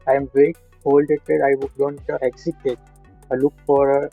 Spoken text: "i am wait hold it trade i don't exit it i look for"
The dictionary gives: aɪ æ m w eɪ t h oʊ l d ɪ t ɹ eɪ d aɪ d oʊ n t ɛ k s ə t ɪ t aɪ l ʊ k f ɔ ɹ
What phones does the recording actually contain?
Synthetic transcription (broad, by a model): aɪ m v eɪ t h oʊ l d ɪ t eɪ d aɪ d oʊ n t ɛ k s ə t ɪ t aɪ l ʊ k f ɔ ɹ